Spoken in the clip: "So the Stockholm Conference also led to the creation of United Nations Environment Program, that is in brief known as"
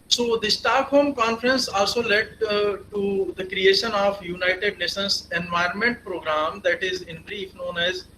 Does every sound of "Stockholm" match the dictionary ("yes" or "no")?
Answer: no